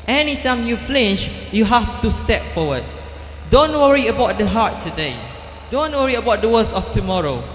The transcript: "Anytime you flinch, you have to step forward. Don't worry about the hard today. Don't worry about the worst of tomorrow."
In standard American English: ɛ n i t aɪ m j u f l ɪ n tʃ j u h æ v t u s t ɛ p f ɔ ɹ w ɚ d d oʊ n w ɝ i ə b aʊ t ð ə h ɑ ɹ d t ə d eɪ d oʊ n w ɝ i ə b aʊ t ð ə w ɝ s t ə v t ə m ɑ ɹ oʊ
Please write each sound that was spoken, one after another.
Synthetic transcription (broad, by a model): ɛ n i t aɪ m j u f l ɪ n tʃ j u h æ f t u s t ɛ p f ɔ w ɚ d d oʊ n w ɝ i ə b aʊ t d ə h ɑ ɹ t ə d eɪ d oʊ n w ɝ i ə b aʊ t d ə w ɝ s ə f t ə m ɑ ɹ oʊ